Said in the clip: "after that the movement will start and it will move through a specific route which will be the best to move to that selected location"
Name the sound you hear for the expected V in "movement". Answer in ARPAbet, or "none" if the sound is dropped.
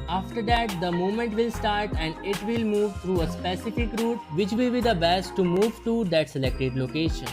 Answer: none